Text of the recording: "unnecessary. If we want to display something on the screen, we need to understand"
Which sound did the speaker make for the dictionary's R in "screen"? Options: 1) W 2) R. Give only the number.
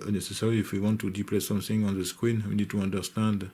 1